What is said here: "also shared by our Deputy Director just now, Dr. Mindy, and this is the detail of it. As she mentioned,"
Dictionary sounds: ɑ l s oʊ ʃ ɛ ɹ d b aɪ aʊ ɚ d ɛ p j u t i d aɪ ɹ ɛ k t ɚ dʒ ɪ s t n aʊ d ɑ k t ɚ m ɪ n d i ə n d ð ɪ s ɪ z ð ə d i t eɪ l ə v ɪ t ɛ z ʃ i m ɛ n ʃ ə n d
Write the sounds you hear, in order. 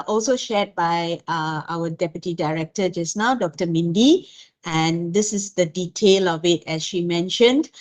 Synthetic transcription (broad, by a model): ɑ l s oʊ ʃ ɛ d b aɪ aʊ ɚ d ɛ p j u t i d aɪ ɹ ɛ k t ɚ dʒ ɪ s n aʊ d ɑ k t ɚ m ɪ n d i ə n d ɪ s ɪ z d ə d i t eɪ l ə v ɪ t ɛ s ʃ i m ɛ n ʃ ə n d